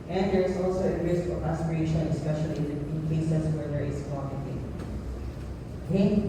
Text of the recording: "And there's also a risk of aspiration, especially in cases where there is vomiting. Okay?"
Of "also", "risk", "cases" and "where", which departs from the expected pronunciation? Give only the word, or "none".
cases